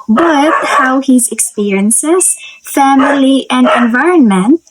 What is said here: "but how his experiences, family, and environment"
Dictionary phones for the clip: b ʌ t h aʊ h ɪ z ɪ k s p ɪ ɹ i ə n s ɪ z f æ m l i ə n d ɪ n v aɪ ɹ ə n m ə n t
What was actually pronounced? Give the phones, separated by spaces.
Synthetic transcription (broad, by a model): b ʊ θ h aʊ h ɪ z ɪ k s p ɪ ɹ i ə n s ɪ z f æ m l i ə n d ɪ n v aɪ ɹ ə n m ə n t